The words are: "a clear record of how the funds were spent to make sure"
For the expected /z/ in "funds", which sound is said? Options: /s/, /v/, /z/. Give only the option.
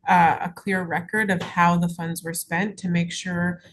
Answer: /z/